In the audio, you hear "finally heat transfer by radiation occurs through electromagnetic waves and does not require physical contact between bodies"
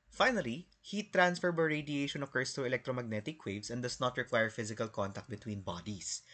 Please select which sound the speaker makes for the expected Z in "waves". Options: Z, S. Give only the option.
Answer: S